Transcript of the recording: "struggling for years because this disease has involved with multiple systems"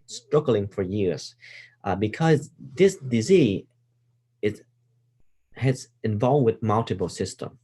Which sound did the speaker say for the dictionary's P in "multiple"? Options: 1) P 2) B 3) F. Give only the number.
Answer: 2